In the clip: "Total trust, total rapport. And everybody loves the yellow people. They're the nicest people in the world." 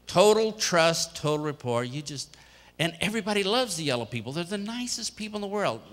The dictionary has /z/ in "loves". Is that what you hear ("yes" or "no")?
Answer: yes